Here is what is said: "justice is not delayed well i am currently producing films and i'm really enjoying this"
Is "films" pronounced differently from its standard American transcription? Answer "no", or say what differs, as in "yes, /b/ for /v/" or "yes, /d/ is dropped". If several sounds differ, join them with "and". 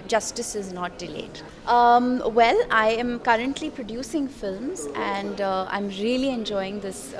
no